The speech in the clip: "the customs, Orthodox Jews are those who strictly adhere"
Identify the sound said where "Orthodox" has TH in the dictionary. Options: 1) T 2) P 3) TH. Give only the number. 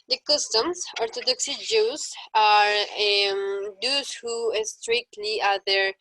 1